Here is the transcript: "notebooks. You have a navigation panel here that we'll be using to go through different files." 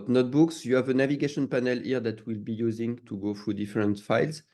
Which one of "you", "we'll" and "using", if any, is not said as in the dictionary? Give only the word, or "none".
none